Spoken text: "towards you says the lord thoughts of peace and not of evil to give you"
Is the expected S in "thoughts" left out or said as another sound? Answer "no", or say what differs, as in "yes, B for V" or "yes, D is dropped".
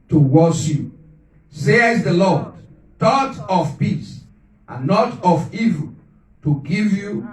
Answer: yes, S is dropped